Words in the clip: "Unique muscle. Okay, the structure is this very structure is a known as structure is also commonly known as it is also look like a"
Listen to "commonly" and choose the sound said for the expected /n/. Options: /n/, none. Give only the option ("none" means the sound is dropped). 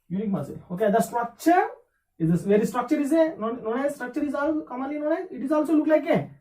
none